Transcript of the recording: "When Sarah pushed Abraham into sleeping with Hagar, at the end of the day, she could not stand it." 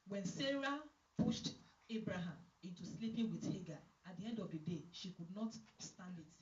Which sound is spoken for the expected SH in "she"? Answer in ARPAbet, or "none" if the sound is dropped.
SH